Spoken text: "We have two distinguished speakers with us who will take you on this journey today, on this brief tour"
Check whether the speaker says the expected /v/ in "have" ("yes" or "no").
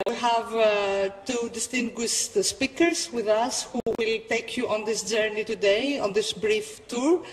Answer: yes